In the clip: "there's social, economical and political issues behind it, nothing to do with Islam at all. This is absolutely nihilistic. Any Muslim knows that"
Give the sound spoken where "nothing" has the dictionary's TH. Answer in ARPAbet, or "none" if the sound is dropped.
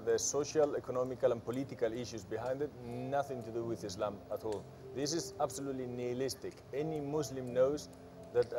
TH